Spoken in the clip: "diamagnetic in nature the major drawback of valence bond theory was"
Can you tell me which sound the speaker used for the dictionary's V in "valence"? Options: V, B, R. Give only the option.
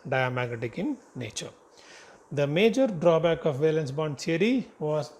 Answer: V